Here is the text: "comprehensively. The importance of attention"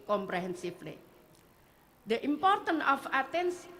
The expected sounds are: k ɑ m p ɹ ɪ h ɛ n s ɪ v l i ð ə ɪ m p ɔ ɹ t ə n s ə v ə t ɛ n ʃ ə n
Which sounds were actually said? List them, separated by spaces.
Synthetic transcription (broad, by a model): k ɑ m p ɹ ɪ h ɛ n s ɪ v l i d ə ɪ m p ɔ ɹ t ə n ə f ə t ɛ n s